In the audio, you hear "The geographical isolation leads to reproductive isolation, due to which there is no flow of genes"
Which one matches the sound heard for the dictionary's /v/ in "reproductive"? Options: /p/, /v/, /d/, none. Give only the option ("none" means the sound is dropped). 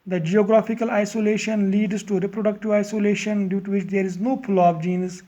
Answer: /v/